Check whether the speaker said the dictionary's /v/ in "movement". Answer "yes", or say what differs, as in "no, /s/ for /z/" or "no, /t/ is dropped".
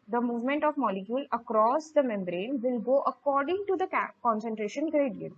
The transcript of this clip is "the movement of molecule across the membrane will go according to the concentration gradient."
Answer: yes